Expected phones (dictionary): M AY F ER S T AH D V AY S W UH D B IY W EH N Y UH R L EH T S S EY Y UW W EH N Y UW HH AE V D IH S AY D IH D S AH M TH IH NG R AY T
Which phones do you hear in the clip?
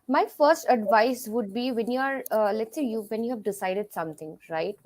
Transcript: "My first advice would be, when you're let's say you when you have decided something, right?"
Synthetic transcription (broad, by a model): M AY F ER S T AH D V AY S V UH D B IY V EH N Y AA R L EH T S S EY Y UW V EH N Y UW HH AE V D IH S AY D IH D S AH M T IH NG R AY T